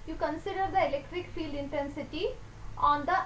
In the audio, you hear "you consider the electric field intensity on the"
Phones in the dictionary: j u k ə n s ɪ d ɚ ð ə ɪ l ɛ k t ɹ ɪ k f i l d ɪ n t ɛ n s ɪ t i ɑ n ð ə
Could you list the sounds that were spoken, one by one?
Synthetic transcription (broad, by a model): j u k ə n s ɪ d ɚ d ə ɪ l ɛ k t ɹ ɪ k f i l d ɪ n t ɛ n s ɪ t i ɑ n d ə